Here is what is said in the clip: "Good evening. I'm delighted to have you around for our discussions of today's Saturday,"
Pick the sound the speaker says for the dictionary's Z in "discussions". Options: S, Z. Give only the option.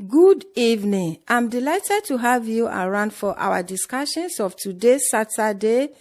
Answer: S